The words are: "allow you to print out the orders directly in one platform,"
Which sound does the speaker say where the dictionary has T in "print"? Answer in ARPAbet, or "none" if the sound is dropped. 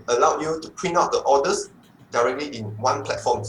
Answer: none